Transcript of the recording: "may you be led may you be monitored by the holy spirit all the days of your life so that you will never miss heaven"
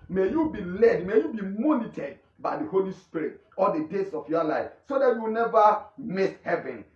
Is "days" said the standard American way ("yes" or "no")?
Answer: no